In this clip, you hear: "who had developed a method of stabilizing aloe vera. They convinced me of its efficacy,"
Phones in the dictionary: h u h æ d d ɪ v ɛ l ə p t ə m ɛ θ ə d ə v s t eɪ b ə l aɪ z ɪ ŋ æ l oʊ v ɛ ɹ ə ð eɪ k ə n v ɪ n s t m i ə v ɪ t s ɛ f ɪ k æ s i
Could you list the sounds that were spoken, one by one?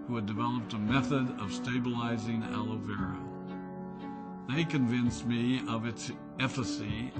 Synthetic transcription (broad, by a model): h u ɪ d d ɪ v ɛ l ə p t ə m ɛ θ ə d ə v s t eɪ b ə l aɪ z ɪ ŋ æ l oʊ v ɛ ɹ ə ð eɪ k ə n v ɪ n s m i ə v ɪ t s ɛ f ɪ s i